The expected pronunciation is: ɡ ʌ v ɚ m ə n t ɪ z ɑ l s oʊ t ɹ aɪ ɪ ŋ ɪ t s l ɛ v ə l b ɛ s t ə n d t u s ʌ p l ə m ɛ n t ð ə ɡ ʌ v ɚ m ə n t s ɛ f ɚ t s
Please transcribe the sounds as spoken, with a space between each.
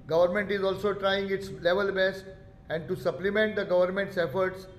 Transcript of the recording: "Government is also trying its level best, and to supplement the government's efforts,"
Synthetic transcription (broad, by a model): ɡ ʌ v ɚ m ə n t ɪ z ɑ l s oʊ t ɹ aɪ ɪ ŋ ɪ t s l ɛ v ə l b ɛ s t ə n d t u s ʌ p l ə m ɛ n t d ə ɡ ʌ v ɚ m ə n t s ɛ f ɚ t s